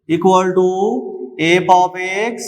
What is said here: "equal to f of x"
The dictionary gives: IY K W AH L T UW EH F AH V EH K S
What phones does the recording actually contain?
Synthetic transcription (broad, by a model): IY K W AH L T UW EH P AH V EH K S